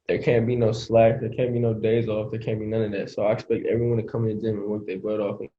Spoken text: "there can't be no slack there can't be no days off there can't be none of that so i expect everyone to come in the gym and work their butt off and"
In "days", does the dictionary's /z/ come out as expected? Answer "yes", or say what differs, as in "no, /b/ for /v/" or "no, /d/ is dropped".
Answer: yes